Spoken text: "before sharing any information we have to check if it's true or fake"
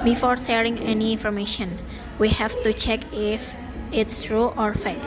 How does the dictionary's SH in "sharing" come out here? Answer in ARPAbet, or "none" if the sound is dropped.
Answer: S